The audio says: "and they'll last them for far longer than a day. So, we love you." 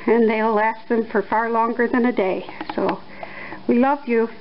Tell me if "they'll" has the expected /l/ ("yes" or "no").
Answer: no